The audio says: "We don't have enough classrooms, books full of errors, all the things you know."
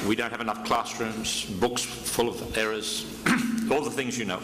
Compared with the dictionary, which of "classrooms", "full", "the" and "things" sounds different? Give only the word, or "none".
none